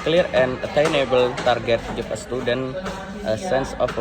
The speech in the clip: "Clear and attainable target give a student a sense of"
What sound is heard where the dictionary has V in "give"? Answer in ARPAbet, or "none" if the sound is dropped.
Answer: F